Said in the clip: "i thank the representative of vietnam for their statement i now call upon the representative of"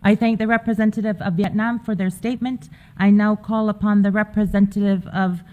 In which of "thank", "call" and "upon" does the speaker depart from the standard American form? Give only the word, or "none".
none